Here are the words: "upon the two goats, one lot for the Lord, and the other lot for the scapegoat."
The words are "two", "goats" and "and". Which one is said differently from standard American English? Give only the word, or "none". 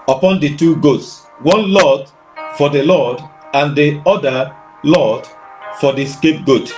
none